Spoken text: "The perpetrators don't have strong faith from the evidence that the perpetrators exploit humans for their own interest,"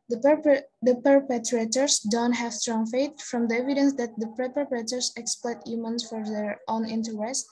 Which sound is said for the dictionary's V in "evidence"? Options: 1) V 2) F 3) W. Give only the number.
1